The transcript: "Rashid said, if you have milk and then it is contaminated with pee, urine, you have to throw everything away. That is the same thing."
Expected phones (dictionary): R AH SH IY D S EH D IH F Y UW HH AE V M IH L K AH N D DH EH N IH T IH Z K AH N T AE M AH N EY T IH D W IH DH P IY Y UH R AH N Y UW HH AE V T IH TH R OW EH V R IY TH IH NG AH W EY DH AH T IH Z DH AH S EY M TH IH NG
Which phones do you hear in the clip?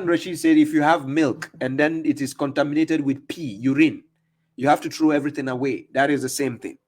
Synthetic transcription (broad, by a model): R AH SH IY S EH D IH F Y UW HH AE V M IH L K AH N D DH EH N IH T IH Z K AH N T AE M AH N EY T IH D W IH DH P IY Y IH R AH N Y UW HH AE F T IH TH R OW EH V R IY TH IH NG AH W EY DH AH T IH Z DH AH S EY M TH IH NG